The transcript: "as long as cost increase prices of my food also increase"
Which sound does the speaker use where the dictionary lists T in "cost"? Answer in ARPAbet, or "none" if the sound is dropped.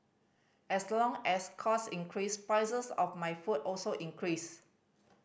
none